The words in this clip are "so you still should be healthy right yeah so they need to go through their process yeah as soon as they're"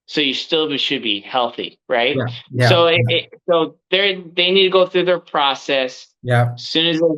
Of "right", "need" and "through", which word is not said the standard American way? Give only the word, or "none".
none